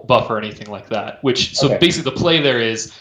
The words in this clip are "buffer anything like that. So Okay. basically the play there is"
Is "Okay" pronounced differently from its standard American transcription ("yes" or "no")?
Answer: yes